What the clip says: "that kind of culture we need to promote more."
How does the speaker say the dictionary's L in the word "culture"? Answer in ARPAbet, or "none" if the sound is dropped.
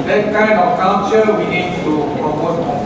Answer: N